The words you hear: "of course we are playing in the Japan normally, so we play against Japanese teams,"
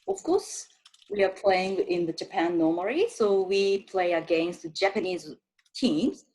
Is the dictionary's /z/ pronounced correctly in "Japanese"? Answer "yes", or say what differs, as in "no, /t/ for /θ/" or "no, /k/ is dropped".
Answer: yes